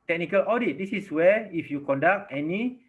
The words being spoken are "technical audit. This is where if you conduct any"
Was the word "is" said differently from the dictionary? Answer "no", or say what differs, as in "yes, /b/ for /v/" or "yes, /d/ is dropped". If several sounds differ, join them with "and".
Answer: yes, /s/ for /z/